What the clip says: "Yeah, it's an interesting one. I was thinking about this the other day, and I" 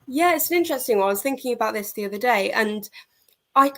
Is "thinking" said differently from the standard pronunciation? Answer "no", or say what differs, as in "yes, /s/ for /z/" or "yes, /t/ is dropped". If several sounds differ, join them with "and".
no